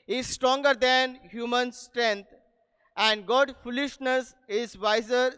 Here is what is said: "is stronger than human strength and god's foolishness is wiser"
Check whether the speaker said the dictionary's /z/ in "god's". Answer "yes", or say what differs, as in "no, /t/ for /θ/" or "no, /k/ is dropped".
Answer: no, /z/ is dropped